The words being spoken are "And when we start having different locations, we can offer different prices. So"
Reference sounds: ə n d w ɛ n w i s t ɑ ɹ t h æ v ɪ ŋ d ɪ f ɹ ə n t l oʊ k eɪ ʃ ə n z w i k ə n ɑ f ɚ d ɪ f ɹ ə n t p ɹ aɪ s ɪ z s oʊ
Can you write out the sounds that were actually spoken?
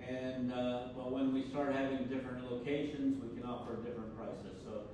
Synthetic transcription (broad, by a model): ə n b w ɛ n w i s t ɑ ɹ t h æ v ɪ ŋ d ɪ f ɹ ə n t l oʊ k eɪ ʃ ə n z w i k ə n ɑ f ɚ d ɪ f ɹ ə n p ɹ aɪ s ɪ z s oʊ